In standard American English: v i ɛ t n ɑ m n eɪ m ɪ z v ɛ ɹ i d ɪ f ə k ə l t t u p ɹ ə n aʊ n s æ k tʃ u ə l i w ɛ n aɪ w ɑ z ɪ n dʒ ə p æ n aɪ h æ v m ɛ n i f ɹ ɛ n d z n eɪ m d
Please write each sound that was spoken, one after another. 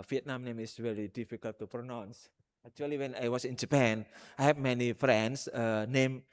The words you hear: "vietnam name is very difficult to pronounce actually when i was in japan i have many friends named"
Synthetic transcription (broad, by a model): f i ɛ t n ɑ m n eɪ m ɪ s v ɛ ɹ i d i f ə k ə l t t u p ɹ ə n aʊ n s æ k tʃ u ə l i w ɛ n aɪ w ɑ s ɪ n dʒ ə p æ n aɪ h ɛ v m ɛ n i f ɹ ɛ n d s n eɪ m